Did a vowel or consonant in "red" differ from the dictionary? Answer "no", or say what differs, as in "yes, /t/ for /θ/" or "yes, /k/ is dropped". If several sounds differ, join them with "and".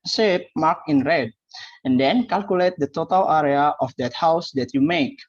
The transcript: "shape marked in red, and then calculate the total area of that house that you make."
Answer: no